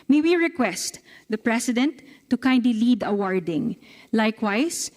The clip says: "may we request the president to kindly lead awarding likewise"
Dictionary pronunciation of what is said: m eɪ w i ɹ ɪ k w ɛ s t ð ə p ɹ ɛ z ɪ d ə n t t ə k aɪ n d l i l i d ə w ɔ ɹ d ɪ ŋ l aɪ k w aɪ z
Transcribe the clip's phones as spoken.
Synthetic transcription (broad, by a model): m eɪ w i ɹ ɪ k w ɛ s t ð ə p ɹ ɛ s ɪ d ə n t t ə k aɪ n d l i l i d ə w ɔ ɹ d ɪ ŋ l aɪ k w aɪ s